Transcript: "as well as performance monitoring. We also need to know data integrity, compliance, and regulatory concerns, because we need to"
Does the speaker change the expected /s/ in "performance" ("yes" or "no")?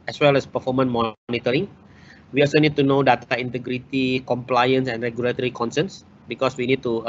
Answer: yes